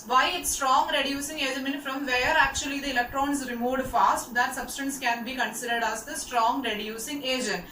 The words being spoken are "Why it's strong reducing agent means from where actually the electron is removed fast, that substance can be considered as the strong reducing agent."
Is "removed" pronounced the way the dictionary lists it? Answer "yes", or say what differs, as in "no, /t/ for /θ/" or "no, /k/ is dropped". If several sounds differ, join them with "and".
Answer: yes